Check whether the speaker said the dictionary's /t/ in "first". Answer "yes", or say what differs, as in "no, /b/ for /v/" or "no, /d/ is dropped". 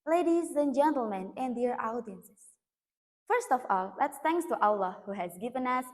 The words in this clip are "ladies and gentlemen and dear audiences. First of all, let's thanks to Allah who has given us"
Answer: yes